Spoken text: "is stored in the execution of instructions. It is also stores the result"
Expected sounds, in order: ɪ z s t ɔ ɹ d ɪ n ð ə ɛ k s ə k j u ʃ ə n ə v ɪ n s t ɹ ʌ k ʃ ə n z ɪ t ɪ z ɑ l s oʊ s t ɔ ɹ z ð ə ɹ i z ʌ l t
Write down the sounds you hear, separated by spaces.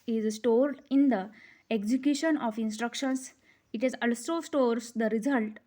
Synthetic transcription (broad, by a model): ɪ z s t ɔ ɹ d ɪ n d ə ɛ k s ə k j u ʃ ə n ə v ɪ n s t ɹ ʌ k ʃ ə n s ɪ t ɪ z ɑ l s oʊ s t ɔ ɹ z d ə ɹ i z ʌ l t